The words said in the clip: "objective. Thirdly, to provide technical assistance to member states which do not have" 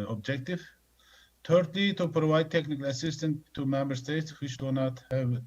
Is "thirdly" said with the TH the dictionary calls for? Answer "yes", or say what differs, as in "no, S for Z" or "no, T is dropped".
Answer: no, T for TH